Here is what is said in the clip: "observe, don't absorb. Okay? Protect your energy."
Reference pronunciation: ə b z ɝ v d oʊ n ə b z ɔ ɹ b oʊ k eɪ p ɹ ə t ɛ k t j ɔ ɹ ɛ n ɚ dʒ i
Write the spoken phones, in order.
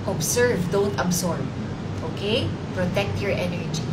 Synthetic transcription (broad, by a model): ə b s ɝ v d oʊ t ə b s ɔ ɹ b oʊ k eɪ p ɹ ə t ɛ k t j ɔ ɹ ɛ n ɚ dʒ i